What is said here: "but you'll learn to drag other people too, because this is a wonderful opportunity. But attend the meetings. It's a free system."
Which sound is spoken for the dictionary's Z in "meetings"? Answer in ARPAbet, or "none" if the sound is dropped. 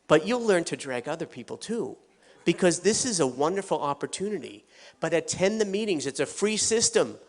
Z